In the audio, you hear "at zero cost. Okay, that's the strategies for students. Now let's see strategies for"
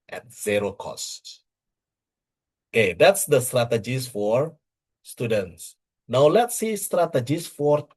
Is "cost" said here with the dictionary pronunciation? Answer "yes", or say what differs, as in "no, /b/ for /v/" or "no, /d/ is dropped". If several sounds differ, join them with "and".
yes